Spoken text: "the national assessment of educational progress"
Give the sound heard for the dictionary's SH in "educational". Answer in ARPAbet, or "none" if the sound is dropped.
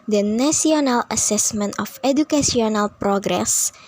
S